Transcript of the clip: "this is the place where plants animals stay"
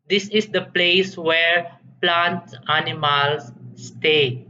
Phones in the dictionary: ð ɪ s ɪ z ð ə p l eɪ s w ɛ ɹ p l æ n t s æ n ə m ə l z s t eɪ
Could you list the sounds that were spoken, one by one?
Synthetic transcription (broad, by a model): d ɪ s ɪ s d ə p l eɪ s w ɛ ɹ p l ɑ n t æ n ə m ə l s t eɪ